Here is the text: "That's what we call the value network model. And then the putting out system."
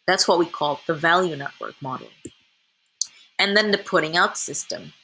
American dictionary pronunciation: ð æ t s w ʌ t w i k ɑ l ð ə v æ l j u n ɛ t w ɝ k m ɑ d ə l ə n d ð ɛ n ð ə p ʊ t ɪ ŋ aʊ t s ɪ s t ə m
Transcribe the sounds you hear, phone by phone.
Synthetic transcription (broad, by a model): ð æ t s w ʌ t w i k ɑ l ð ə v æ l j u n ɛ t w ɝ k m ɑ d l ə n ð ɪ n ð ə p ʊ t ɪ ŋ aʊ t s ɪ s t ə m